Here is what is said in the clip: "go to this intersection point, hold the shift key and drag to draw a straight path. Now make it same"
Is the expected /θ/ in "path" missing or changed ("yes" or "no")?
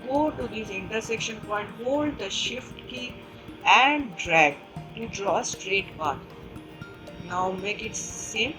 yes